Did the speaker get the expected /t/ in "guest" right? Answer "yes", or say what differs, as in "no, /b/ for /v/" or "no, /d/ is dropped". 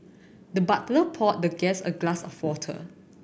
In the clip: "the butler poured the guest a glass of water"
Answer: no, /t/ is dropped